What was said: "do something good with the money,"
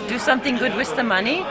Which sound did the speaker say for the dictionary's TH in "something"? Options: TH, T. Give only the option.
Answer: TH